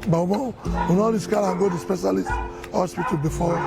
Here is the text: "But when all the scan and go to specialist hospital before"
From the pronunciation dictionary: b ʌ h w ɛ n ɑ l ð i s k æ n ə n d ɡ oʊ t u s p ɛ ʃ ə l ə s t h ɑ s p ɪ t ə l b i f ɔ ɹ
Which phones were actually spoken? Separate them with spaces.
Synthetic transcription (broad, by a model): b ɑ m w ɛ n ɑ l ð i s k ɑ ə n ɡ oʊ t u s p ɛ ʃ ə l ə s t h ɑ s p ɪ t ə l b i f ɔ